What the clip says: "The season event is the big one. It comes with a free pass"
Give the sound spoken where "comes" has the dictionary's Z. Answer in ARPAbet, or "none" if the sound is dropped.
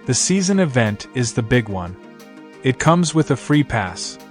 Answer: Z